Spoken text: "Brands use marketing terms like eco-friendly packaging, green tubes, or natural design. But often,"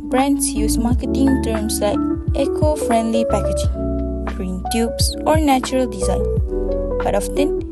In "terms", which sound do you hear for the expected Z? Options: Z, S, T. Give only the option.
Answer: S